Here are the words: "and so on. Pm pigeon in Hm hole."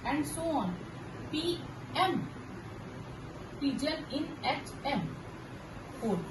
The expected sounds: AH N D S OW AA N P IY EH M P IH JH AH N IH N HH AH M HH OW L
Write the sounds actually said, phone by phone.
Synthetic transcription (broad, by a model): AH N D S OW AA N P IY EH M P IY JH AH L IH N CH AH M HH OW